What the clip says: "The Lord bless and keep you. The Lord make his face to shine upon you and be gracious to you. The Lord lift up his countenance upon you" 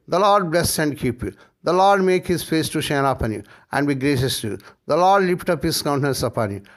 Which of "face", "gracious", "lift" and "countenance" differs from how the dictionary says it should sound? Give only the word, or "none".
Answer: lift